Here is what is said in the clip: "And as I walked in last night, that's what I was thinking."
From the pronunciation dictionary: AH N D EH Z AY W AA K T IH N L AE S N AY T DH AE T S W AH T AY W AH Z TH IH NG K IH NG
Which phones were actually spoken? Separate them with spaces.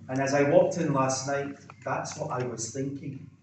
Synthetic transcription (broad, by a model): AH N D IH Z AY W AA K T IH N L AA S N AY T DH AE T S W AH T AY W AH Z TH IH NG K IH NG